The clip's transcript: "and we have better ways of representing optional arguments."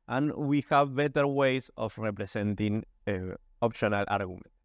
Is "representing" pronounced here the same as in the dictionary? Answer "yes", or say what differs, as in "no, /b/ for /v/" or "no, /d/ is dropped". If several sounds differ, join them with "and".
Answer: no, /s/ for /z/